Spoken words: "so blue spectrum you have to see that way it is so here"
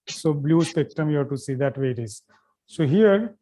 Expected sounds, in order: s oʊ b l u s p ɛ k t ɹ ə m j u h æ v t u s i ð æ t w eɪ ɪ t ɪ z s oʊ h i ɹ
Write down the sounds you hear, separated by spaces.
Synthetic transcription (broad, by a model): s oʊ b l u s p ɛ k t ə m j u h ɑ t u s i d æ t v eɪ ɪ t ɪ z s oʊ h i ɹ